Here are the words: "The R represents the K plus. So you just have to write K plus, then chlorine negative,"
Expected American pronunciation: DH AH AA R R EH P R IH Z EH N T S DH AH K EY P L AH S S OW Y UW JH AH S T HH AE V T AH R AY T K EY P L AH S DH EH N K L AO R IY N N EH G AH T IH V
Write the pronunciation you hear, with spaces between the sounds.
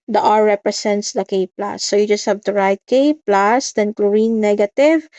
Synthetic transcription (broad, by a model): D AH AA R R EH P R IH S EH N T S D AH K EY P L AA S S OW Y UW JH AH S T HH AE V T AH R AY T K EY P L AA S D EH N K L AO R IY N N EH G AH T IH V